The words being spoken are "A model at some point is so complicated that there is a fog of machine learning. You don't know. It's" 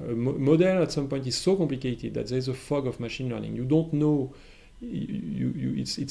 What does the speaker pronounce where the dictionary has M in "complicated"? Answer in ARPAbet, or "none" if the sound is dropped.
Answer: M